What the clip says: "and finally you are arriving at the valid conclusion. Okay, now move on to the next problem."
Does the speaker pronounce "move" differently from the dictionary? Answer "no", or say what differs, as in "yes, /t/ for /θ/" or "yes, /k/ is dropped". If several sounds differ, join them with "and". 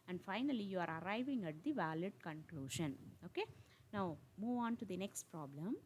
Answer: no